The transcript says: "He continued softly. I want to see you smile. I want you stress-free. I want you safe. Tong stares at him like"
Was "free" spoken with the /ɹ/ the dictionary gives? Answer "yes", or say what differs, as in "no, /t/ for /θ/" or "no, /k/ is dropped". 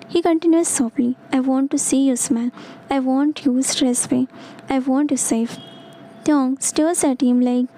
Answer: no, /ɹ/ is dropped